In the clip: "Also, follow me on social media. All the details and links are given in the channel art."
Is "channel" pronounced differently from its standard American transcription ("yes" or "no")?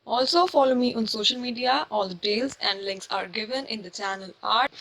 no